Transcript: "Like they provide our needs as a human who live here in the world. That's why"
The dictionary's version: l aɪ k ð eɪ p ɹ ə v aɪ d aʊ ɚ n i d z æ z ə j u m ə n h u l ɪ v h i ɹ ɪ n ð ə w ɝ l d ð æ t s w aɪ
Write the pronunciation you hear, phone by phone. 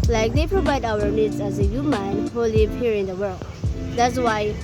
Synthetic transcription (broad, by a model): l aɪ k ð eɪ p ɹ ə v aɪ d aʊ ɚ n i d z æ z ə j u m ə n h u l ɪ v h i ɹ ɪ n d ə w ɝ l d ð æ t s w aɪ